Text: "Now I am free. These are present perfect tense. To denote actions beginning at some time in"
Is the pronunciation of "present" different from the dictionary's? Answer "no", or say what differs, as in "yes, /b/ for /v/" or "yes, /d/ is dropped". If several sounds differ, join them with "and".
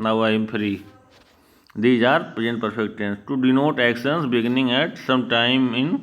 yes, /ɹ/ is dropped